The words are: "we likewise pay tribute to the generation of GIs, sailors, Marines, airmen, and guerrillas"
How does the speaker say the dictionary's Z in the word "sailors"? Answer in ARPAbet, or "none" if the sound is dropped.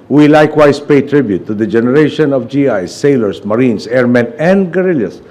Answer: S